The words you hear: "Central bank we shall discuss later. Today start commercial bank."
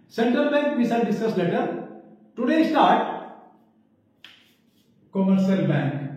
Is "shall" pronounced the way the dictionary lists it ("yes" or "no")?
no